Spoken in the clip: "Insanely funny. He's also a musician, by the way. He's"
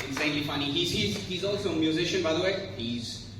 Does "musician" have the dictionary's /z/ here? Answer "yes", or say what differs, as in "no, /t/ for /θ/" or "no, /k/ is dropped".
yes